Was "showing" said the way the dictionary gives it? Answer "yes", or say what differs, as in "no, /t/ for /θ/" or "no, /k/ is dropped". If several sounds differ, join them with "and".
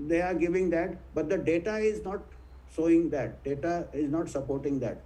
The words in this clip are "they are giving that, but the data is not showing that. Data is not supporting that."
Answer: no, /s/ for /ʃ/